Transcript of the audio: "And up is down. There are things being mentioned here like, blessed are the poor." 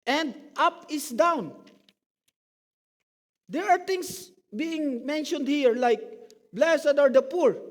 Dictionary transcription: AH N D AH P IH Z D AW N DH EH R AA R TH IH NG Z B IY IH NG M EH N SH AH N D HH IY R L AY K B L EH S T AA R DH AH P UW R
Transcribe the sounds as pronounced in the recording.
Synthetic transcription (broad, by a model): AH N D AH P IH S D AW N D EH R AA R T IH NG S B IY IH NG M EH N SH AH N D HH IY R L AY K B L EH S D AA R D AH P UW R